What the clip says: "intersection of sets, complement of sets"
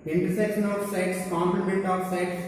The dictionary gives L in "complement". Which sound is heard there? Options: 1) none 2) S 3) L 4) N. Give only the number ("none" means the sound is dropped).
1